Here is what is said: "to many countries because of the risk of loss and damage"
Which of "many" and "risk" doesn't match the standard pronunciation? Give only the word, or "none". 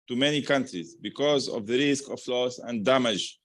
none